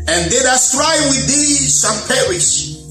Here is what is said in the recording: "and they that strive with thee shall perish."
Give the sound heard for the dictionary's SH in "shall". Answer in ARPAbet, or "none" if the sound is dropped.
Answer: S